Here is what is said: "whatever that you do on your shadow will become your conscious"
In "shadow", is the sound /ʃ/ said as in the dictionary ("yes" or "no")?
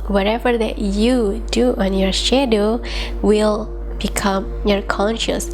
yes